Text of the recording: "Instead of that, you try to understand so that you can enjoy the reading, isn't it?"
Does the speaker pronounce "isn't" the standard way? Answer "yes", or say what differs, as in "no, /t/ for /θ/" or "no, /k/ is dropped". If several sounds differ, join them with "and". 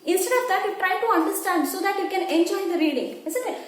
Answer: no, /s/ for /z/